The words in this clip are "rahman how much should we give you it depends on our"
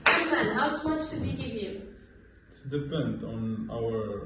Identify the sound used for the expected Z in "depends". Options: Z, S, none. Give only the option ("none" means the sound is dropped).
none